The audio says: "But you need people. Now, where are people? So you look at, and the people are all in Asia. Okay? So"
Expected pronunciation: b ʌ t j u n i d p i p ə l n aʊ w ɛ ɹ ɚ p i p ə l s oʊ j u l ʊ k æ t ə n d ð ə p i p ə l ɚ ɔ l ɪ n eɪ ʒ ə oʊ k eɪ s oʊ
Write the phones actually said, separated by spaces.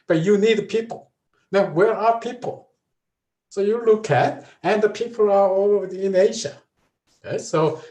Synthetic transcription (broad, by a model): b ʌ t j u n i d p i p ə l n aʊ w ɛ ɹ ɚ p i p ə l s oʊ j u l ʊ k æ t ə n ð ə p i p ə l ɚ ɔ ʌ ɪ n eɪ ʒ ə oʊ ɪ s oʊ